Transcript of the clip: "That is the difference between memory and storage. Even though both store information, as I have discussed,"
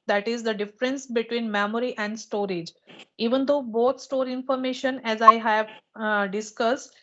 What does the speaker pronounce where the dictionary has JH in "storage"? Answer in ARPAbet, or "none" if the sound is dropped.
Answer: JH